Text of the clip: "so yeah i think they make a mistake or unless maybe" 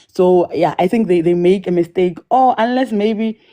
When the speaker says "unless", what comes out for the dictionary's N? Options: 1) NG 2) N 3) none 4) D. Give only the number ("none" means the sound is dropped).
2